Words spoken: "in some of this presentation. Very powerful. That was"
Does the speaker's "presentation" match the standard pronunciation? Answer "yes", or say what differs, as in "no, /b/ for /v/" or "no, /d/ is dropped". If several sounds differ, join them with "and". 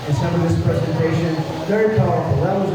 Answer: yes